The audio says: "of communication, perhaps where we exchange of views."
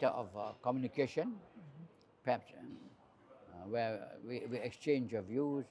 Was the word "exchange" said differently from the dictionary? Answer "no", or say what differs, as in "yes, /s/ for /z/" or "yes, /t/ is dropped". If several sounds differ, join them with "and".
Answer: no